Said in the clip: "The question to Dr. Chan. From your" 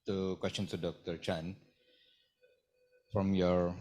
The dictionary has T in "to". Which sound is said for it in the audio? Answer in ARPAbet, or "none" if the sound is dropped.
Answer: S